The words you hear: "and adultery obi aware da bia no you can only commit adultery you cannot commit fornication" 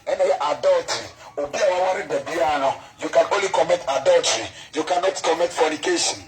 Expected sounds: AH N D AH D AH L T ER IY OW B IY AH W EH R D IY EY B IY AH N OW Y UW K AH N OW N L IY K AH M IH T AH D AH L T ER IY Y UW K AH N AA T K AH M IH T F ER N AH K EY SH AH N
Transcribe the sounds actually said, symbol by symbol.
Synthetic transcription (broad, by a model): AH N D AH D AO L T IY OW B IY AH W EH W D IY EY B IY AH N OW Y UW K AH N OW N L IY K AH M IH T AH D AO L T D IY Y UW K AH N AA T K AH M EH T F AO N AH K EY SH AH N